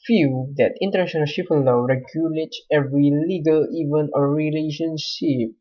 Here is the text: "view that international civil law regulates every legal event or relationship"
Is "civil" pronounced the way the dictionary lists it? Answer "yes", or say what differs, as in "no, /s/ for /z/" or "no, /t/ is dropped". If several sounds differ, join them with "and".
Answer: no, /ʃ/ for /s/ and /p/ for /v/